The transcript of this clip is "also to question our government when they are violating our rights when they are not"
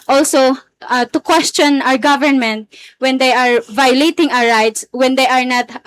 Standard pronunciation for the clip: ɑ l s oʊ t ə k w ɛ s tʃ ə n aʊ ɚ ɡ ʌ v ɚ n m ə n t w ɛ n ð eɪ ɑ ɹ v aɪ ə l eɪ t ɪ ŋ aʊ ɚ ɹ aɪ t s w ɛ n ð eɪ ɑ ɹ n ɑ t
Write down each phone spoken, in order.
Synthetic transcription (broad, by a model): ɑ l s oʊ t ə k w ɛ s tʃ ə n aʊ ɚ ɡ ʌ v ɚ n m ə n t w ɛ n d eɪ ɑ ɹ v aɪ ə l eɪ t ɪ ŋ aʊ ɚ ɹ aɪ t s w ɛ n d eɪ ɑ ɹ n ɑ t